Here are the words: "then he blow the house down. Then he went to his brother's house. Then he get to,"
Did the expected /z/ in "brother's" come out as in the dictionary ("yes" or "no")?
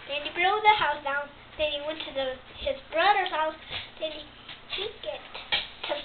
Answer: no